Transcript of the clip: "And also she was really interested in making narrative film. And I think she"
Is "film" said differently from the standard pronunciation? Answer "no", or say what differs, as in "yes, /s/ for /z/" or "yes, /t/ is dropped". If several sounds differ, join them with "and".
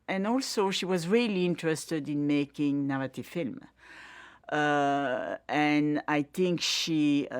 no